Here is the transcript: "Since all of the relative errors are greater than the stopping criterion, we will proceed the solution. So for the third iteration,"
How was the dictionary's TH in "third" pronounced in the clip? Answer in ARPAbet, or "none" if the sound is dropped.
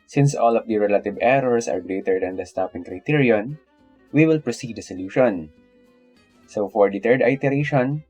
T